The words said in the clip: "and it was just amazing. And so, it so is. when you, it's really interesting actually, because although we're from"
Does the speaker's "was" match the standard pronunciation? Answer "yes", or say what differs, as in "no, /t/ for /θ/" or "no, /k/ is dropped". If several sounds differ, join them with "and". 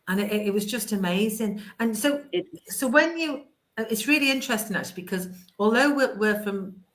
yes